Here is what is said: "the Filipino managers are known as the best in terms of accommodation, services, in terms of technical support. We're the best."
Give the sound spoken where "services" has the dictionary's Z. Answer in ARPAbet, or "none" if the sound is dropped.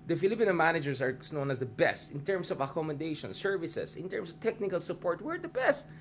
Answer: S